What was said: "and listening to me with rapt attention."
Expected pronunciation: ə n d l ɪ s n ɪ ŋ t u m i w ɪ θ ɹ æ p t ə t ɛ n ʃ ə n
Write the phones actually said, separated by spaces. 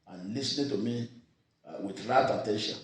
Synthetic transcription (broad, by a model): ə n l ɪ s n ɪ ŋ t u m i w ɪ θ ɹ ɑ t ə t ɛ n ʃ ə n